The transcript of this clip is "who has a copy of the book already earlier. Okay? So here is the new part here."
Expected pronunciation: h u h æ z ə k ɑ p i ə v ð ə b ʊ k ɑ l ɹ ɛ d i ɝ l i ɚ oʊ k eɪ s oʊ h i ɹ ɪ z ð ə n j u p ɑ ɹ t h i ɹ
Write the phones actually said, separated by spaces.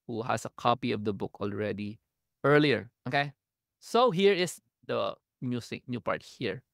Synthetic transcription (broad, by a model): h u h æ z ə k ɑ p i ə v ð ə b ʊ k ɑ l ɹ ɛ d i ɝ l i ɚ oʊ k eɪ s oʊ h i ɹ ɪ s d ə n j u p ɑ ɹ t h i ɹ